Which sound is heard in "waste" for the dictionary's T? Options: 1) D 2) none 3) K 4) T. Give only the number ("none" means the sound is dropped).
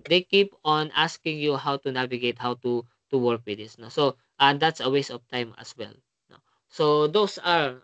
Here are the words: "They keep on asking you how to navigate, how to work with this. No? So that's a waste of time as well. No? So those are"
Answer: 2